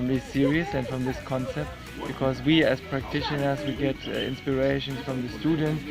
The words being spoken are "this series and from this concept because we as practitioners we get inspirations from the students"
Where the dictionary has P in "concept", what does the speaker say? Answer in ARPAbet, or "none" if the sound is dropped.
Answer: P